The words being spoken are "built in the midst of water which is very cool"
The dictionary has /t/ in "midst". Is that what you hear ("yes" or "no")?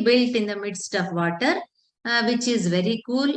yes